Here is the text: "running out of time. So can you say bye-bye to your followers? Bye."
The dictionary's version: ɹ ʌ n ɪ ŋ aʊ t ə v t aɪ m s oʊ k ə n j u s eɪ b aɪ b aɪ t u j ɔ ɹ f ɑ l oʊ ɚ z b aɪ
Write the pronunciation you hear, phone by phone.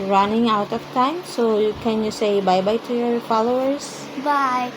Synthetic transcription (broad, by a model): ɹ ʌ n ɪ ŋ aʊ t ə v t aɪ m s oʊ k ə n j u s eɪ b aɪ b aɪ t u j ɔ ɹ f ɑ l oʊ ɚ s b aɪ